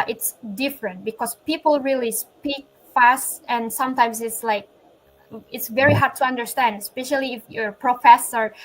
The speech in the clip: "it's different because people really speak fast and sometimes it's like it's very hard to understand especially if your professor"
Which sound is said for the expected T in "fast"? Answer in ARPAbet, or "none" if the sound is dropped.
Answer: T